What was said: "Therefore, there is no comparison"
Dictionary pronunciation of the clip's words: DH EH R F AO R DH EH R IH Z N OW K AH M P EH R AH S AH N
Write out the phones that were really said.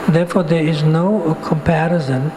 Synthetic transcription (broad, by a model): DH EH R F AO R DH EH R IH Z N OW K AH M P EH R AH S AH N